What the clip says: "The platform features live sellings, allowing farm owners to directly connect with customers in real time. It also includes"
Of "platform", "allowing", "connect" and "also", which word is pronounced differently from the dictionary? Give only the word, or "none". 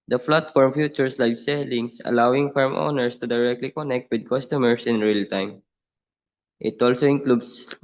platform